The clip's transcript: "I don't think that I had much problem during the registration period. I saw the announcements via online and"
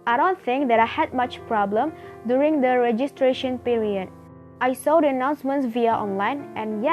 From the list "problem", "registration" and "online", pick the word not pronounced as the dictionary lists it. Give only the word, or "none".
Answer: none